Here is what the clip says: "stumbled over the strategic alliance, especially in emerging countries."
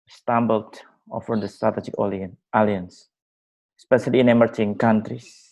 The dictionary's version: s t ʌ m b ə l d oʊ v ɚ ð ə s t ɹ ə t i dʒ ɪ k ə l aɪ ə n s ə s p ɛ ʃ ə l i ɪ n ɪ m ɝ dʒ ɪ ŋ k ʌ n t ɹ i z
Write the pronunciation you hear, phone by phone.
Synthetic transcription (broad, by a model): s t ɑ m b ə l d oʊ f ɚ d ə s t ɹ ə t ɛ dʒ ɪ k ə l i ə n s s p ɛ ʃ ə l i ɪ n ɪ m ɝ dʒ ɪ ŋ k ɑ n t ɹ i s